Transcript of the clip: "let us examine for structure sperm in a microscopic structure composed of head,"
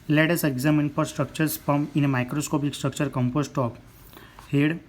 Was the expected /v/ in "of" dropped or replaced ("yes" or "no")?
yes